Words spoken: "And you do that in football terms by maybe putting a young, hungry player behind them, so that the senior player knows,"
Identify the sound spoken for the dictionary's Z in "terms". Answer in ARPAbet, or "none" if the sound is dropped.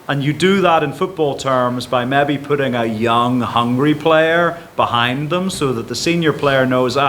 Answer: Z